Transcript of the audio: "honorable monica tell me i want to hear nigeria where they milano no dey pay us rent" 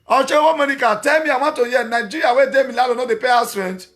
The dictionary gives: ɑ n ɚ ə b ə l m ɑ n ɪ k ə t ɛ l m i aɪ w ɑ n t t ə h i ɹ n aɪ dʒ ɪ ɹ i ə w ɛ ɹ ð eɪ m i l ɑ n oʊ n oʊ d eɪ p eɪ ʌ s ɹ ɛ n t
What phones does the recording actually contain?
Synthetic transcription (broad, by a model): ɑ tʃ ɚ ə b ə m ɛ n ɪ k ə t ɛ l m i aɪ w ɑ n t t ə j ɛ n aɪ dʒ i ɹ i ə w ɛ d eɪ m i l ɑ l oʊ n oʊ d eɪ p eɪ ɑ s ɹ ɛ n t